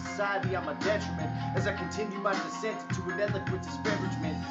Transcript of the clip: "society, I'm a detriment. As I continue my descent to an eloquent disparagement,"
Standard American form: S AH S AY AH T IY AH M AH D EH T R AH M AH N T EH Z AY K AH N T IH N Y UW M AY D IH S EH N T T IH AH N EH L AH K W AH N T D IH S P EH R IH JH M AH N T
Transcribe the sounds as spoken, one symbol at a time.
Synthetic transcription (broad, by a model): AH S AY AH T IY AH M AH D EH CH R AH M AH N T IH Z AY K AH N T IH N Y UW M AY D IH S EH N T T IH AH N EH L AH K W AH T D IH S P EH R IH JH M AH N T